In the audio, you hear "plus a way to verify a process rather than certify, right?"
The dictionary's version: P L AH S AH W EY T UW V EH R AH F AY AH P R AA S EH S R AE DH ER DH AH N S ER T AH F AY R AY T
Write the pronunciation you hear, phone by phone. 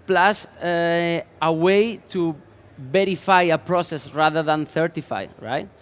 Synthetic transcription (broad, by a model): P L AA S AH W EY T UW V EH R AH F AY AH P R AA S EH S R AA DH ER DH AH N TH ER T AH F AY R AY T